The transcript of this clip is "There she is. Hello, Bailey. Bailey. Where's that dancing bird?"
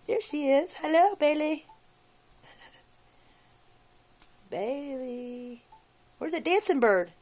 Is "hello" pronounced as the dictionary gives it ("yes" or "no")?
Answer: yes